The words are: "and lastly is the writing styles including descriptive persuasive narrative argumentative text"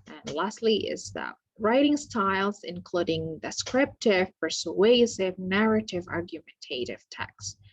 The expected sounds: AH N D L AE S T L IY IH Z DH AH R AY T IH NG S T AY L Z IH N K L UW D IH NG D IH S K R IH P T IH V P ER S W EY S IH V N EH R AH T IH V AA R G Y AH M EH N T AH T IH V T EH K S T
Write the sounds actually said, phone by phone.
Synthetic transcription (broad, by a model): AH N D L AE S T L IY IH Z DH AH R AY T IH NG S T AY L Z IH N K L UW D IH NG D IH S K R IH P T IH V P ER S W EY S IH V N EH R AH T IH V AA R G Y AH M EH N T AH T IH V T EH K S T